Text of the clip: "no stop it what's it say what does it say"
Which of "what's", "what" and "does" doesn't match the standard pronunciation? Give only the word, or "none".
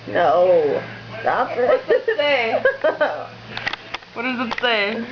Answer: what's